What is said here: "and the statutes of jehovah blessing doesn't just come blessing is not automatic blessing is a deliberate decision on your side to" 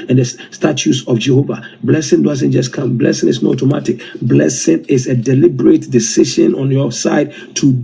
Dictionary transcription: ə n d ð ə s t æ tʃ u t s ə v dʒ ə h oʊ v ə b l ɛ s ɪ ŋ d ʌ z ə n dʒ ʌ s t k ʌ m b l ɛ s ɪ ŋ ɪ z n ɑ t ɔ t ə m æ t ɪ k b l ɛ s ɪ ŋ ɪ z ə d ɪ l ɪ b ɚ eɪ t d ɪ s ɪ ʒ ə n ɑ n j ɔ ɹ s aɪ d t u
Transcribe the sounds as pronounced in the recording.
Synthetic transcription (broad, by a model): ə n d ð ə s t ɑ tʃ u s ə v dʒ ə h oʊ v ə b l ɛ s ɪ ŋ d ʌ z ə n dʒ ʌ s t k ʌ m b l ɛ s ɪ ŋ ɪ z n ɑ t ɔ m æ t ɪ k b l ɛ s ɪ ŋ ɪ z ə d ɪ l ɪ b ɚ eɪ t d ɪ s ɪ ʃ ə n ɑ n j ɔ s aɪ d t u